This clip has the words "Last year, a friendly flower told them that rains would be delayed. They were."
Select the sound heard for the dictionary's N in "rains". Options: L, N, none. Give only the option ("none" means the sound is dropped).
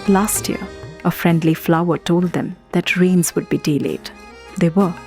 N